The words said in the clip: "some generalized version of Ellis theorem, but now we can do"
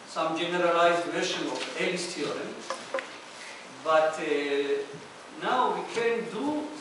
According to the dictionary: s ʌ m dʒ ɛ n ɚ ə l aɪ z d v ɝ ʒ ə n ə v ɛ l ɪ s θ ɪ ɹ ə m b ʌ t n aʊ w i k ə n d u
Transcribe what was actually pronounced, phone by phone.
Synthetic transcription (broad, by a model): s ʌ m dʒ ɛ n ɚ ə l aɪ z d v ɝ ʃ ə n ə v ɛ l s t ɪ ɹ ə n b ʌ t n aʊ w i k ə n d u